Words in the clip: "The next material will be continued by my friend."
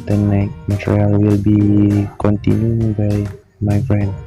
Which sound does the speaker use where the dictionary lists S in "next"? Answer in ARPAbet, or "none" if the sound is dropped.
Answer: none